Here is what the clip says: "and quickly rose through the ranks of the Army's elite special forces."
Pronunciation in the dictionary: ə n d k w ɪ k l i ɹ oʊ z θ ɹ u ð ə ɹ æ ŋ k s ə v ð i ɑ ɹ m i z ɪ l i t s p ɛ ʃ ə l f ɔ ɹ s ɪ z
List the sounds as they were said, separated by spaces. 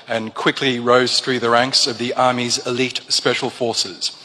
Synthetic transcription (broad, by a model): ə n k w ɪ k l i ɹ oʊ z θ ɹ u ð ə ɹ æ ŋ k s ə v ð i ɑ ɹ m i z ɪ l i t s p ɛ ʃ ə l f ɔ ɹ s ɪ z